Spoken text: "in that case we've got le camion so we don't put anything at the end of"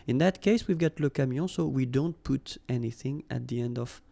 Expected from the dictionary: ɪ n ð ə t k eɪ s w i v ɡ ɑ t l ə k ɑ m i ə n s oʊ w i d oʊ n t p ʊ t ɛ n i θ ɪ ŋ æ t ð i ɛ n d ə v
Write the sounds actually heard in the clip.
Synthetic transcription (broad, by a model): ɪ n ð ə t k eɪ s w i v ɡ ɑ t l ə k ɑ m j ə s oʊ w i d oʊ n t p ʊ t ɛ n i θ ɪ ŋ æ t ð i ɛ n d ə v